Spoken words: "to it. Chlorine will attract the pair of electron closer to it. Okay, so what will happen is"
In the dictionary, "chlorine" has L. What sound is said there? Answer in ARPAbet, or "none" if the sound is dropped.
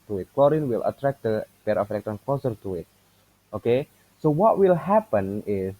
L